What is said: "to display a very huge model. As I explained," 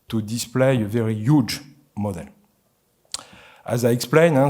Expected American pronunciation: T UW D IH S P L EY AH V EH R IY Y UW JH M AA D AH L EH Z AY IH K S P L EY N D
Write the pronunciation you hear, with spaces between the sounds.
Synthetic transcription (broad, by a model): T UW D IH S P L EY AH V EH R IY Y UW JH M AA D AH L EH Z AY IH K S P L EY N